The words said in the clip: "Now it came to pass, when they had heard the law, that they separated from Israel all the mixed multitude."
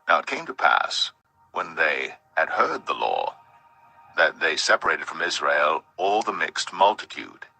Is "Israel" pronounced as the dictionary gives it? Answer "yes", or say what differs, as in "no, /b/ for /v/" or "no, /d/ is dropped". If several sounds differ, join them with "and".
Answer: yes